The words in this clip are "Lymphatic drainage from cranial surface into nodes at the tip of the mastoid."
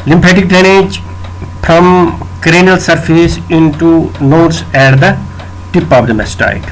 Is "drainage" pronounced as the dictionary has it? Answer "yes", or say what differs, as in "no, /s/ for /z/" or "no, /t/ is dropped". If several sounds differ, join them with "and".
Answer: no, /ɹ/ is dropped